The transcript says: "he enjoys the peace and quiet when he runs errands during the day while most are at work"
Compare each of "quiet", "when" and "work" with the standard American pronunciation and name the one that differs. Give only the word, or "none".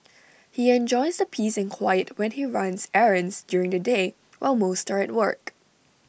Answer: none